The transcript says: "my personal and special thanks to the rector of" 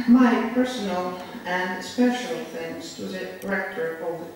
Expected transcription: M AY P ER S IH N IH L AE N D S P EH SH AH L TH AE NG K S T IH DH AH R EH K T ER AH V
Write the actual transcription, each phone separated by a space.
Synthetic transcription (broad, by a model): M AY P ER S IH N IH L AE N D S P EH SH AH L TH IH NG S T IH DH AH R EH K T ER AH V